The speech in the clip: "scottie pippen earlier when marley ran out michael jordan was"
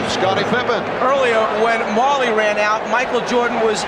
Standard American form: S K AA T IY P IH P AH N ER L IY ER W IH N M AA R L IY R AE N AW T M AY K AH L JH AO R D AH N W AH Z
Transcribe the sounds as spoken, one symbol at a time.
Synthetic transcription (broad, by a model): S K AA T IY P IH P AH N ER L IY ER W IH N M AA R L IY R AE N AW T M AY K L JH AO R D N W AH Z